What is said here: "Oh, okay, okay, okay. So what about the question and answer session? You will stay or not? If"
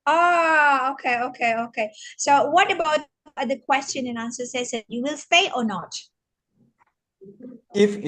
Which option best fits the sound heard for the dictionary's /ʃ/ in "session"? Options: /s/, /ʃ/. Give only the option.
/s/